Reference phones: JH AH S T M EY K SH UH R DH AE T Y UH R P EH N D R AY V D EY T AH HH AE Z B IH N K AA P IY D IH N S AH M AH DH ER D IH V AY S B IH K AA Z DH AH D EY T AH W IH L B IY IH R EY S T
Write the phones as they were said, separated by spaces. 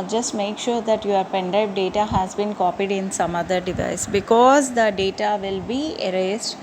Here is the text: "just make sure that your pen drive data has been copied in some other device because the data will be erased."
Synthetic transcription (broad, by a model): JH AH S T M EY K SH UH R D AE T Y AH R P EH N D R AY P D EY T AH HH AE Z B IH N K AA P IY D IH N S AH M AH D ER D IH V AY S B IH K AA Z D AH D EY T AH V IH L B IY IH R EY S T